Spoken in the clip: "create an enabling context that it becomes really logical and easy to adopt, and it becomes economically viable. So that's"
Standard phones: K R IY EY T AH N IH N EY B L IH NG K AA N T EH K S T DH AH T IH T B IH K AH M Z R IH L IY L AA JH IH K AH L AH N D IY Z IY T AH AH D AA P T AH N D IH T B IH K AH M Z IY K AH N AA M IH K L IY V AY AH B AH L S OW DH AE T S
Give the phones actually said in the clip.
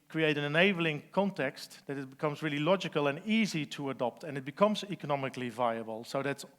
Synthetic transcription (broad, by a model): K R IY EY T AH N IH N EY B L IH NG K AA N T EH K S T DH AH T IH T B IH K AH M Z R IH L IY L AA JH IH K AH L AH N IY Z IY T AH AH D AA P T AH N IH T B IH K AH M Z IY K AH N AA M IH K L IY V AY AH B AH L S OW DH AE T S